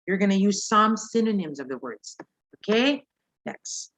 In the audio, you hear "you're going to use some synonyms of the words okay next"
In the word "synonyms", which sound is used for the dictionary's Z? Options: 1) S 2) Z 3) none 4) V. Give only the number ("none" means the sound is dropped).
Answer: 2